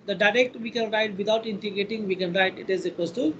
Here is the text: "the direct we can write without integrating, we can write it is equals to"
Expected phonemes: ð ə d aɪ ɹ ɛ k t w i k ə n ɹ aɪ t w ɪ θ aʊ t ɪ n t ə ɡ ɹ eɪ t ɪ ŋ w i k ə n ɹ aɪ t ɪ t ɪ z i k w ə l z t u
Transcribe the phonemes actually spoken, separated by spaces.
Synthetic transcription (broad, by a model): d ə d aɪ ɹ ɛ k t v i k ə n ɹ aɪ t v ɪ t aʊ t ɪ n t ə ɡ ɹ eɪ t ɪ ŋ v i k ə n ɹ aɪ t ɪ t ɪ z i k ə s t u